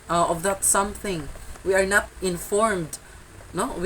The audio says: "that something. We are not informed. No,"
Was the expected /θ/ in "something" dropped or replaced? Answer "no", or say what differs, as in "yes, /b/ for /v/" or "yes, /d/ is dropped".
no